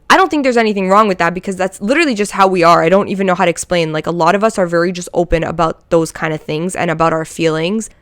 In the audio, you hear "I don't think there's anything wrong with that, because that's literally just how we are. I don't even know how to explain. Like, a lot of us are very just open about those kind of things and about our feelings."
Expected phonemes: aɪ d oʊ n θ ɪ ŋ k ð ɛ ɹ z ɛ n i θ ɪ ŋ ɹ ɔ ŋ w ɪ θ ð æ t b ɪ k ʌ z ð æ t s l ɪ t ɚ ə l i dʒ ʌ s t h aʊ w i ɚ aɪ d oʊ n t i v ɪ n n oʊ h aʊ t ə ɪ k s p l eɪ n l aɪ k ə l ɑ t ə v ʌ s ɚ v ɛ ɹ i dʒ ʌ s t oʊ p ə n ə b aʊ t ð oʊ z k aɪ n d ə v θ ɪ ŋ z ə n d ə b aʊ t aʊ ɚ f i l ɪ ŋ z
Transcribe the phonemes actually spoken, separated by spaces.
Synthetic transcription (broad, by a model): aɪ d oʊ n θ ɪ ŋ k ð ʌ ɹ z ɛ n i θ ɪ ŋ ɹ ɔ ŋ w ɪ ð æ t b ɪ k ʌ z ð æ t s l ɪ t ɚ l i dʒ ʌ s t h aʊ w i ɚ aɪ d oʊ n t i v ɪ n n oʊ h aʊ t ɪ k s p l eɪ n l aɪ k ə l ɑ t ə v ʌ s ɚ v ɛ ɹ i dʒ ʌ s t oʊ p ə n ə b aʊ t ð oʊ z k aɪ n d ə v θ ɪ ŋ z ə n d ə b aʊ t aʊ ɚ f i l ɪ ŋ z